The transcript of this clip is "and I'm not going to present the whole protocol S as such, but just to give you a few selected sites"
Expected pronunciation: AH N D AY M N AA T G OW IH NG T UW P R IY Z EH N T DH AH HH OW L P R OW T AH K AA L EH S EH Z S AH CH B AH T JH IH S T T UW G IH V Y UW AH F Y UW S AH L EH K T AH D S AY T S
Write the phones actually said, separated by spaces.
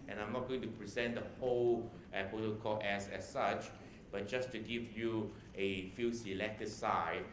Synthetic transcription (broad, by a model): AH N AY M N AA T G OW IH NG T UW P R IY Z EH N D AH HH OW L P OW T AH K AA EH S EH S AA CH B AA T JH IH S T T UW G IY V Y UW AH F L S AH L EH K T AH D S AY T